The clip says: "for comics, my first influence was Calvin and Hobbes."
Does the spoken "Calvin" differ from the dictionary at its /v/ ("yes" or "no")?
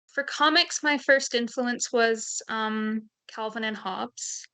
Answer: no